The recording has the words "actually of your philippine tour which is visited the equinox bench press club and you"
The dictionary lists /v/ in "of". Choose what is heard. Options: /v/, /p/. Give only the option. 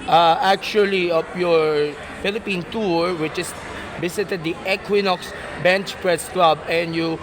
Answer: /p/